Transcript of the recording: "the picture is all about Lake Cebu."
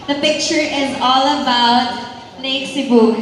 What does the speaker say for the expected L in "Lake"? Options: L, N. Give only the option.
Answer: N